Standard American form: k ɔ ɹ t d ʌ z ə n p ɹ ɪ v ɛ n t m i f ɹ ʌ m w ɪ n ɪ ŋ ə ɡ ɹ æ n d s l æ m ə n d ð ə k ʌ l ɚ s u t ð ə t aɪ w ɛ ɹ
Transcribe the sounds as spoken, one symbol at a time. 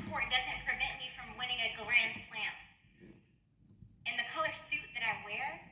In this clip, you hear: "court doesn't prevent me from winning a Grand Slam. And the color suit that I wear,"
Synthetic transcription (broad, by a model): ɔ ɹ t d ʌ z ə n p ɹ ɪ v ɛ n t m i f ɹ ʌ m w ɪ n ɪ ŋ ə ɡ l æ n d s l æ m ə n ð ə k ʌ l ɚ s u t ð ə t aɪ w ɛ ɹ